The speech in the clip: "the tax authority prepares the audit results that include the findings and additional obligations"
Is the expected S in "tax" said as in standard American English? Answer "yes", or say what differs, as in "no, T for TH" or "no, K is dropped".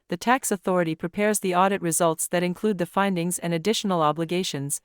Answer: yes